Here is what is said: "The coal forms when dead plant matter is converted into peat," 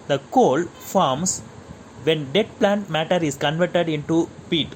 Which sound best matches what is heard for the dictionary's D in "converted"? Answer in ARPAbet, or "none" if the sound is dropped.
D